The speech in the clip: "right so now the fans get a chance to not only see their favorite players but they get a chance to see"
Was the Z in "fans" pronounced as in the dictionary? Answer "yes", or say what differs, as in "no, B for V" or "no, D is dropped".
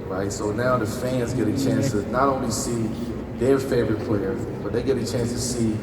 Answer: yes